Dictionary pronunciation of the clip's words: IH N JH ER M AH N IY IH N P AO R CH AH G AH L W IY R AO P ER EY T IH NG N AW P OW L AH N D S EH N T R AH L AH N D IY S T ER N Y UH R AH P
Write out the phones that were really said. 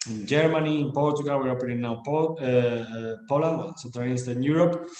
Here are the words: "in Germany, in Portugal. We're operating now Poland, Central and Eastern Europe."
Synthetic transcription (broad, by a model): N JH ER M AH N IY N P AO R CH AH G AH L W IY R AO P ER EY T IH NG N AW P OW L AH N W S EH T AH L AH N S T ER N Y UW R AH P